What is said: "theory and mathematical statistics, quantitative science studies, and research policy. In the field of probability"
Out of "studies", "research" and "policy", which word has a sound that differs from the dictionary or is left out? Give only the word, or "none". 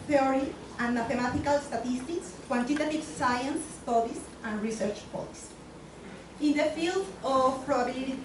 studies